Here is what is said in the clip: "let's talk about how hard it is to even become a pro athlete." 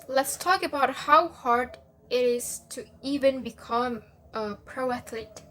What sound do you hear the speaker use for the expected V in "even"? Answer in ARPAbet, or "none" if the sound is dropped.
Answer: V